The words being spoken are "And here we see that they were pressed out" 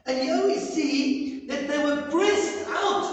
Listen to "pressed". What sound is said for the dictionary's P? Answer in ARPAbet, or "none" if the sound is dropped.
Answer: B